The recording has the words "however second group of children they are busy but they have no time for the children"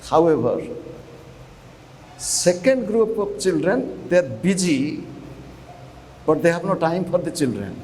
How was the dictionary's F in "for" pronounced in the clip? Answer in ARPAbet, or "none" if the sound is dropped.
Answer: P